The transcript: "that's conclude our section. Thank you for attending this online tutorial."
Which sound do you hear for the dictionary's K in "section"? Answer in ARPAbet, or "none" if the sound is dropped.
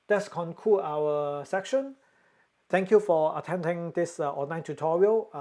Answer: K